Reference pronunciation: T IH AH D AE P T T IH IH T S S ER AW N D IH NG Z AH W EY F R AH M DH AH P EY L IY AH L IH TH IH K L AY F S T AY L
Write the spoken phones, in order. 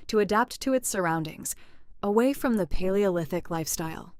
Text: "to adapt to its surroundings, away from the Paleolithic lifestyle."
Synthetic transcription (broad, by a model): T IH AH D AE P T T IH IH T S S ER AW N D IH NG Z AH W EY F R AH M DH AH P EY L IY AH L IH TH IH K L AY F S T AY L